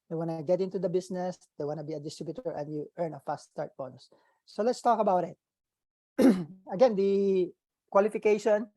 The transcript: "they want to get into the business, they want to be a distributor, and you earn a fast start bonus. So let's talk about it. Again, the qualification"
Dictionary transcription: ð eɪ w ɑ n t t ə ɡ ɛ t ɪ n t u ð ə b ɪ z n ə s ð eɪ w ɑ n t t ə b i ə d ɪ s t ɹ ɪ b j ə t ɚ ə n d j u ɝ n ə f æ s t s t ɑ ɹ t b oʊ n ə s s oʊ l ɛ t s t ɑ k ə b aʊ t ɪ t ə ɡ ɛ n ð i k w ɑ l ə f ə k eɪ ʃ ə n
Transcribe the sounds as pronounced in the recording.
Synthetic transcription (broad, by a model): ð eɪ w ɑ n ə ɡ ɛ t ɪ n t u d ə b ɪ s n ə s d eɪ w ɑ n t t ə b i ə d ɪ s t ɹ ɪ b j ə t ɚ ə n d j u ɝ n ə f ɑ s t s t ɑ ɹ t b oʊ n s s oʊ l ɛ t s t ɑ k ə b aʊ t ɪ t ə ɡ ɛ n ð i k w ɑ l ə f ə k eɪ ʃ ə n